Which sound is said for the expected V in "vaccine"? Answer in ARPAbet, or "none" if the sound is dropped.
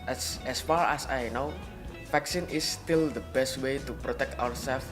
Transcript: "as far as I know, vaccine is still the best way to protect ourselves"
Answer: F